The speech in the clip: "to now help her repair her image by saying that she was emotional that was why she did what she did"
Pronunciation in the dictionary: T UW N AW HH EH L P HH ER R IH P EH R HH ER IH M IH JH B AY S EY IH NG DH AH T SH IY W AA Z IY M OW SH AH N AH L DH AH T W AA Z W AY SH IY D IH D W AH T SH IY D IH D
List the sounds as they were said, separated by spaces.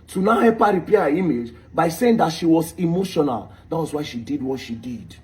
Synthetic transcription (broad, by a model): T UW N AW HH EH P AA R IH P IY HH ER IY M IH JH B AY S EY IH NG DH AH T SH IY W AA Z IY M OW SH AH N AH L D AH T W AA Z W AY SH IY D IH D W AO T SH IY D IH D